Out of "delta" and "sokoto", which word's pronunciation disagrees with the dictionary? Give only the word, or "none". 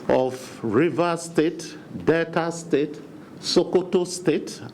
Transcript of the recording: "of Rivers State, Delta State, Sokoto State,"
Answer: delta